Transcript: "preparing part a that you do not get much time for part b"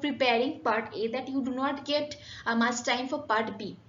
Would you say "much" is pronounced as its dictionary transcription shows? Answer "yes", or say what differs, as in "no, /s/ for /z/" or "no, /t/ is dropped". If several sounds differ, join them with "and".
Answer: no, /s/ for /tʃ/